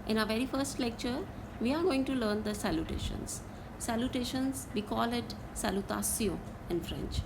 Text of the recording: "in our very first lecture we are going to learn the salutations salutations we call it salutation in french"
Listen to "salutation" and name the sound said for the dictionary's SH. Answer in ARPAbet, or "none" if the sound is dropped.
S